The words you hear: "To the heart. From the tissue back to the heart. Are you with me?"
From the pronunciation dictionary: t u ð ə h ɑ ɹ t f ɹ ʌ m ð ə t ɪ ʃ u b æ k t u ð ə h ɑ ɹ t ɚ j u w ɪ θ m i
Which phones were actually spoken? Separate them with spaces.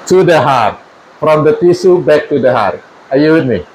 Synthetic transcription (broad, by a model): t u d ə h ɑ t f ɹ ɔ m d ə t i s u b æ k t u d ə h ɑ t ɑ j u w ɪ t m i